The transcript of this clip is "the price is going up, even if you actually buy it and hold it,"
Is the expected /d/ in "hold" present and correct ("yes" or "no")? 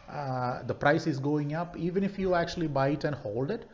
yes